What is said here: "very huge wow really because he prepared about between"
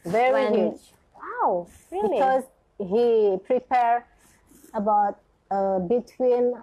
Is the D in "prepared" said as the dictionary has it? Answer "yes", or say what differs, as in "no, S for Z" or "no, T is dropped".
no, D is dropped